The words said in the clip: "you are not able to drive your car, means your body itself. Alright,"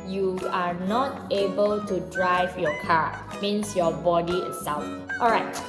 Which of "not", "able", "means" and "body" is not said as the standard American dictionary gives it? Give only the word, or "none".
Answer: means